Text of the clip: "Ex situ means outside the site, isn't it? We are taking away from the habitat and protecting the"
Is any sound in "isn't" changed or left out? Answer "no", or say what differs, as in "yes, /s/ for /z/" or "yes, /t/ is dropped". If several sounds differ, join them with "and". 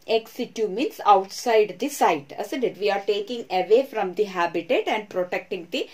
yes, /s/ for /z/